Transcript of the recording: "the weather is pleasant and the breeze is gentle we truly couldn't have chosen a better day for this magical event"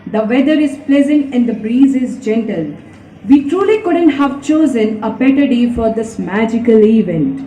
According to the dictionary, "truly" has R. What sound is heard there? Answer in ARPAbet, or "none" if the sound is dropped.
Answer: R